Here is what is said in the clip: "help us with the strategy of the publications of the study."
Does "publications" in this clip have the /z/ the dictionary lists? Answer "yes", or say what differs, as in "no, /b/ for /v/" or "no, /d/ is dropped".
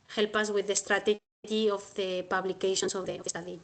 no, /s/ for /z/